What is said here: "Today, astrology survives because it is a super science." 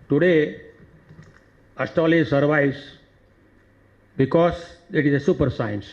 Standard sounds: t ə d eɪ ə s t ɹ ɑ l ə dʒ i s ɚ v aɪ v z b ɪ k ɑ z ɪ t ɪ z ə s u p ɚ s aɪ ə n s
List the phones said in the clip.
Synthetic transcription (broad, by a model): t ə d eɪ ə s t ɑ l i s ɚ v aɪ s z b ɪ k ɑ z ɪ t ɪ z ə s u p ɚ s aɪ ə n s